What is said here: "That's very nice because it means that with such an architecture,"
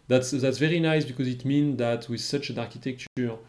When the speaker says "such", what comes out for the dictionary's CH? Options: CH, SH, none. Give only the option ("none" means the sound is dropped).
CH